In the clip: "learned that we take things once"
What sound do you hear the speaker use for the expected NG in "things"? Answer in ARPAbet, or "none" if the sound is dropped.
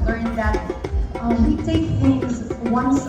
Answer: none